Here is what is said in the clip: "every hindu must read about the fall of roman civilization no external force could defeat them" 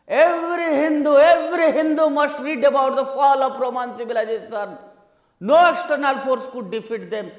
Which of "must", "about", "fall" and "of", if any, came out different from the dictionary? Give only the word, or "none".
of